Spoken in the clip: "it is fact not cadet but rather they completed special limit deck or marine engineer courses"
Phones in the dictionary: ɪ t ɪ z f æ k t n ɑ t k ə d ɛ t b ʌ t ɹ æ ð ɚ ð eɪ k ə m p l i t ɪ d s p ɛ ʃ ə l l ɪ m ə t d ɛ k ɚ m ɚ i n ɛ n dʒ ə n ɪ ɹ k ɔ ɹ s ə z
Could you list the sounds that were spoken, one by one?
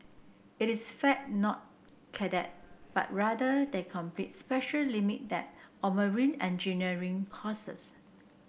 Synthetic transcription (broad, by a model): ɪ t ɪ s f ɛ t n ɑ t k ə d ɛ t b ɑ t ɹ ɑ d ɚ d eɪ k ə m p l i t s p ɛ ʃ ə l l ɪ m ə t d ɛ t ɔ m ɚ i n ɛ n dʒ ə n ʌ ɹ k ɔ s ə s